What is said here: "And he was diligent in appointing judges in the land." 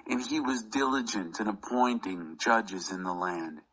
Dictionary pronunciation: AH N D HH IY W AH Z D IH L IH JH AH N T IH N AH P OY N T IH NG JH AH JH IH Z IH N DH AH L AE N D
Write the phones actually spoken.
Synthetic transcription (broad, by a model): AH N IY W AH Z D IH L IH JH AH N T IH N AH P OY N T IH NG JH AH JH IH Z IH N DH AH L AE N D